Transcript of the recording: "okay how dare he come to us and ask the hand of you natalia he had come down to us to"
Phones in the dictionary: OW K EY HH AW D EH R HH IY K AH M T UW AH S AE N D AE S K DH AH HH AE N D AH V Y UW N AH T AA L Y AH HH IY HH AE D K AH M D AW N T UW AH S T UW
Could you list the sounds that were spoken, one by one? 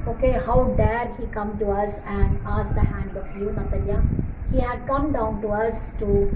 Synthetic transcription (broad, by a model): OW K EY HH AW D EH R HH IY K AH M T UW AH S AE N D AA S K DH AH HH AE N D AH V Y UW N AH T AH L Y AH HH IY HH AE D K AH M D AW N T UW AH S T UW